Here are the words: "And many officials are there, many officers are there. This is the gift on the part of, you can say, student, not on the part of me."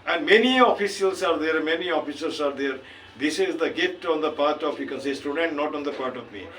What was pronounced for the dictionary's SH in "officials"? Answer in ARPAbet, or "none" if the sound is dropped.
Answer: S